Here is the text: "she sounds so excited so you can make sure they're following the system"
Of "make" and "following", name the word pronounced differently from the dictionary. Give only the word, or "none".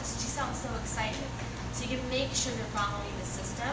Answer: following